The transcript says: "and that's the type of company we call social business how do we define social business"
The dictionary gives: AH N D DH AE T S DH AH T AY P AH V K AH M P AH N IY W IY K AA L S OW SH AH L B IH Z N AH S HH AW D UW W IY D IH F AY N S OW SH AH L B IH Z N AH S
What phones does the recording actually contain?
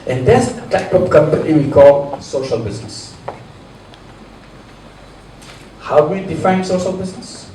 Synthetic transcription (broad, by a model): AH N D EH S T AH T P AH P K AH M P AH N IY W IY K AA L S OW SH AH L B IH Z N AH S HH AW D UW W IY D IH F AY N S OW SH AH L B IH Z N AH S